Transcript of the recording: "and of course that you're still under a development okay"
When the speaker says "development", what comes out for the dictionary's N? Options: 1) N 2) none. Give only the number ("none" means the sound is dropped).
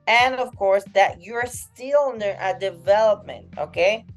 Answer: 1